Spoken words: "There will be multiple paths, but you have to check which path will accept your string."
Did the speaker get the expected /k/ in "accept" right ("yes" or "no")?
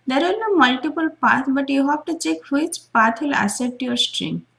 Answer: no